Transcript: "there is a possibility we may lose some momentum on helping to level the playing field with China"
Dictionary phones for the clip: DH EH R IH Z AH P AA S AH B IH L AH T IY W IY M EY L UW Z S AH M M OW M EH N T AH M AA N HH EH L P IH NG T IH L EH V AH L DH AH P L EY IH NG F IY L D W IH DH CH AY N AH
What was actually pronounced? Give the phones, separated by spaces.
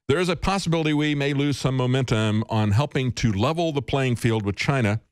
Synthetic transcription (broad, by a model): DH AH R IH Z AH P AA S AH B IH L AH T IY W IY M EY L UW Z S AH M M OW M EH N T AH M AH N HH EH L P IH NG T IH L EH V L DH AH P L EY IH NG F IY L D W IH DH CH AY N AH